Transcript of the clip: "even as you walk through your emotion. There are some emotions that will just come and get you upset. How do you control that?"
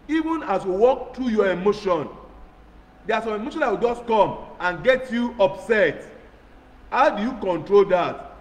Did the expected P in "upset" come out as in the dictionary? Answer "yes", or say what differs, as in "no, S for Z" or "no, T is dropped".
yes